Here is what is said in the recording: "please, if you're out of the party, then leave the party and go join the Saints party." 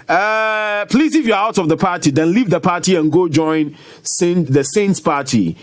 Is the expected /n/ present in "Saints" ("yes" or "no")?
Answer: yes